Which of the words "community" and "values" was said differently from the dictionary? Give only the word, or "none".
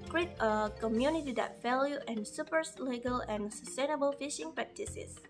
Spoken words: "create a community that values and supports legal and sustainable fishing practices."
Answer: values